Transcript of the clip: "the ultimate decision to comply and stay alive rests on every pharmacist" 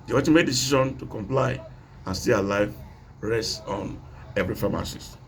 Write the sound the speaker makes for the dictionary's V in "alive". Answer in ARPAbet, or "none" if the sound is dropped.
V